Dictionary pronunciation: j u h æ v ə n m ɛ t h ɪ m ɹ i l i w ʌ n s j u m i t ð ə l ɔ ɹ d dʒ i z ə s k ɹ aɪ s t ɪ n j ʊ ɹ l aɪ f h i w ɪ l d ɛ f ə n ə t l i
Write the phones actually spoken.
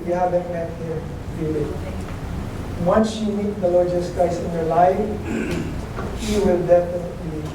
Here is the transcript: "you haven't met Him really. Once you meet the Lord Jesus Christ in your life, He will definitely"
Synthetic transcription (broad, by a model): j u h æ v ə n m ɛ t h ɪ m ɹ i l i w ʌ n s j u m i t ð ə l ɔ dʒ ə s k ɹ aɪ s ɪ n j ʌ ɹ l aɪ f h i w ɪ l d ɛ f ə n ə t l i